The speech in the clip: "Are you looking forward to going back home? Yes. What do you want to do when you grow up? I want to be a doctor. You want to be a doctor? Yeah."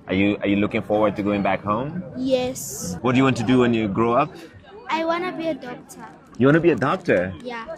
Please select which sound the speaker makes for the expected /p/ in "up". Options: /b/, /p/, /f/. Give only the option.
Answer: /p/